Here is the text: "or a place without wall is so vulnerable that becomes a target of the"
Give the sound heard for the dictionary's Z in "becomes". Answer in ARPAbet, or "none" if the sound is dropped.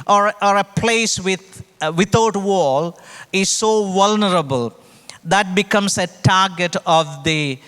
S